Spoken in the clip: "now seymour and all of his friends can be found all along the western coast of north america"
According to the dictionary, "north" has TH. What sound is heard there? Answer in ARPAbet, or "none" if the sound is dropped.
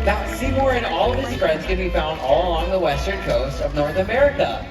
TH